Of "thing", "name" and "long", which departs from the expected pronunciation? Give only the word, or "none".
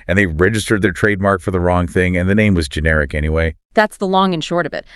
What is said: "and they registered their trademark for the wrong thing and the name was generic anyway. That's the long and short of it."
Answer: none